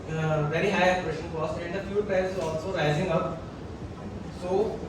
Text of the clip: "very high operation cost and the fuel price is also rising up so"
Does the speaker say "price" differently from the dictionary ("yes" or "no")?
yes